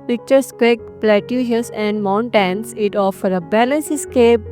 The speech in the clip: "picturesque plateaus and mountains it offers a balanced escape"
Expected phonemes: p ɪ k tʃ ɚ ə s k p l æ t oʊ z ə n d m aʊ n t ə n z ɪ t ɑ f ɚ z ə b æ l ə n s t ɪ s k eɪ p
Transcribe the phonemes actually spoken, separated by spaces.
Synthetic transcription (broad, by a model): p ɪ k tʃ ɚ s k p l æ t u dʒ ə n d m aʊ n t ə n s ɪ t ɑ f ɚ ə b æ l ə n s ɪ s k eɪ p